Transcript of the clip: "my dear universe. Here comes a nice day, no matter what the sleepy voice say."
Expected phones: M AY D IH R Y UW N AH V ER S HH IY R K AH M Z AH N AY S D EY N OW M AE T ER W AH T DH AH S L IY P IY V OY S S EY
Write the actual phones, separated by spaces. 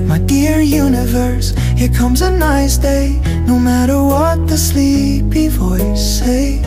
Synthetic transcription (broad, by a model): M AY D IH R Y UW N AH V ER S HH IY R K AH M Z AH N AY S D EY N OW M AE T ER W AH T DH AH S L IY P IY V OY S S EY